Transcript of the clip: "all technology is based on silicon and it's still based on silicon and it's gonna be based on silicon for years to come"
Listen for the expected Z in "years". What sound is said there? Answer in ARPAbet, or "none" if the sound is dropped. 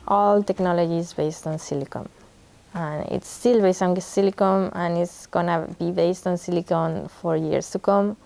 S